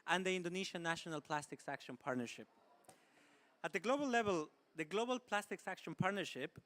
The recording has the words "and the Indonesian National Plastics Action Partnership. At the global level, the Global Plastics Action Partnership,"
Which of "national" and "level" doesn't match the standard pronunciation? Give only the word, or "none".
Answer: none